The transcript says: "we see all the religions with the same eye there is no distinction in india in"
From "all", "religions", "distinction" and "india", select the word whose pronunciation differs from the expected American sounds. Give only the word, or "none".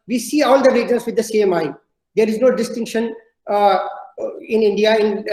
religions